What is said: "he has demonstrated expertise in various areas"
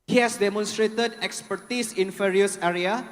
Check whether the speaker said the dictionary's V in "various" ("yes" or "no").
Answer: no